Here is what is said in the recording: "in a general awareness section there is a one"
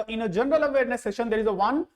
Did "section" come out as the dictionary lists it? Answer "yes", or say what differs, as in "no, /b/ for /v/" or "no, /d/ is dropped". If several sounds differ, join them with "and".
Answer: no, /k/ is dropped